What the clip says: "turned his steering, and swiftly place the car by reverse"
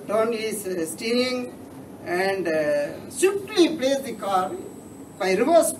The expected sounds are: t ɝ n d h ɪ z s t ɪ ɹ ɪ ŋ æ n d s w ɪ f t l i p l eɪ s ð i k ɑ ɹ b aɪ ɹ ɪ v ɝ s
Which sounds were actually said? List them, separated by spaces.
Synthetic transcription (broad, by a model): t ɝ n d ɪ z s t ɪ ɪ ŋ æ n d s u t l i p l eɪ s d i k ɑ ɹ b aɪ ɹ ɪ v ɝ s